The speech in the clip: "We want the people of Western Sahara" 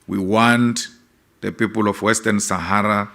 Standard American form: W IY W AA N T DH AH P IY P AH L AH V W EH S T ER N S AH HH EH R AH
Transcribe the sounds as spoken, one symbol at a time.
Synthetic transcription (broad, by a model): W IY W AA N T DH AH P IY P AH L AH F W EH S T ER N S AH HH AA R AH